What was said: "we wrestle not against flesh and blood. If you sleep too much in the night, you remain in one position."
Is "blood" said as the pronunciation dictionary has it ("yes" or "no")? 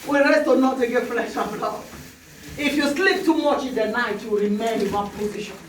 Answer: no